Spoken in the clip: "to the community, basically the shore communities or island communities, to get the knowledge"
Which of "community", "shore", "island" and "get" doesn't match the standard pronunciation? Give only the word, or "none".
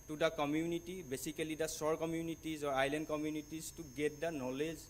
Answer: shore